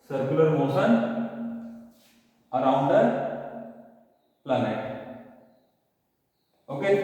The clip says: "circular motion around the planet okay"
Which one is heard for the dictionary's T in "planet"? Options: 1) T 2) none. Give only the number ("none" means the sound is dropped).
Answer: 2